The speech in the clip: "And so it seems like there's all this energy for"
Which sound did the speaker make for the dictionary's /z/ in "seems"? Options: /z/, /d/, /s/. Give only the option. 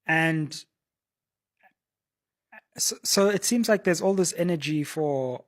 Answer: /z/